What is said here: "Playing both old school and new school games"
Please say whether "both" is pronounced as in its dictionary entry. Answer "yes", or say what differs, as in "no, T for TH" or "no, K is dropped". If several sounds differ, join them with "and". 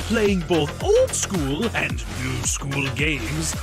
yes